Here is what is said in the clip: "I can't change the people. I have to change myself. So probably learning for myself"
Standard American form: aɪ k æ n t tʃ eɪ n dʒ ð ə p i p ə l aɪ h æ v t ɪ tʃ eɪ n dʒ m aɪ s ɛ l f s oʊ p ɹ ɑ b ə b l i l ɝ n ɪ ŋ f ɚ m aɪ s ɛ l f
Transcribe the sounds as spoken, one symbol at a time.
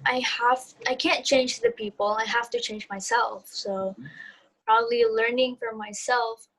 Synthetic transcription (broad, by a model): aɪ k æ n tʃ eɪ n dʒ ð ə p i p l aɪ h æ f t ɪ tʃ eɪ n dʒ m aɪ s ɛ l f s oʊ p ɹ ɑ b ə b l i l ɝ n ɪ ŋ f ɚ m aɪ s ɛ l f